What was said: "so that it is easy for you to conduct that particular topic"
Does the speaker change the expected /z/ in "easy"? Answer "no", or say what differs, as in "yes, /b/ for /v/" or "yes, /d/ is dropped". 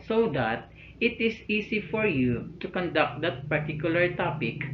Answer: yes, /s/ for /z/